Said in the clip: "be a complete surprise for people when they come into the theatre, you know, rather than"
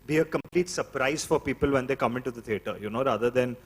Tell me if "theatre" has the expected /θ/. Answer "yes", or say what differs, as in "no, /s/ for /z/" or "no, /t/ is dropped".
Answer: no, /t/ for /θ/